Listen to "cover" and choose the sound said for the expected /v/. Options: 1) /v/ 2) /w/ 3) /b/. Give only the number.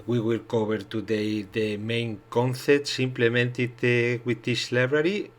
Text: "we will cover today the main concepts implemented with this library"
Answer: 3